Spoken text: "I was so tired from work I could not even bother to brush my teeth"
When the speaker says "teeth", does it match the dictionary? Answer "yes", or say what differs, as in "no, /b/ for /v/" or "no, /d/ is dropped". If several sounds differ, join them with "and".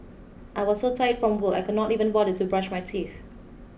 no, /f/ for /θ/